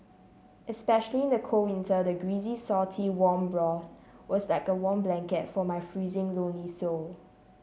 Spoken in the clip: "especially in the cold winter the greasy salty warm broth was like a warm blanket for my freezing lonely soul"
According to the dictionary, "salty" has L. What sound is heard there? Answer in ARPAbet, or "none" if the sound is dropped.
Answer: none